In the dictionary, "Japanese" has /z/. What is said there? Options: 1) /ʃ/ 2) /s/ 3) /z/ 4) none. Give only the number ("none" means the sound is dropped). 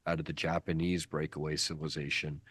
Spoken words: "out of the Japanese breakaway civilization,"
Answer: 3